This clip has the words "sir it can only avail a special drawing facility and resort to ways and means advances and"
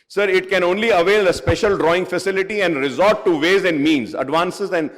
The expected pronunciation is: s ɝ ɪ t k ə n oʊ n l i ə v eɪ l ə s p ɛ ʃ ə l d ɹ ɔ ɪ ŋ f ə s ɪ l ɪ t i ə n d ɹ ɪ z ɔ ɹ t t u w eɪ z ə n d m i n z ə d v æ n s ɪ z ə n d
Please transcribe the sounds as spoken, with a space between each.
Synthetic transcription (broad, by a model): s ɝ ɪ t k ə n oʊ n l i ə v eɪ ə s p ɛ ʃ ə l d ɹ ɔ ɪ ŋ f ə s ɪ l ɪ t i ə n d ɹ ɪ z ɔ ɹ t t u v eɪ z ə n d m i n z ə d v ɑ n s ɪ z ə n d